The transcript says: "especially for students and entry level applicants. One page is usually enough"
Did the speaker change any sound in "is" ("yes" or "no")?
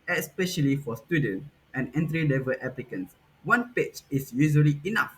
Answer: yes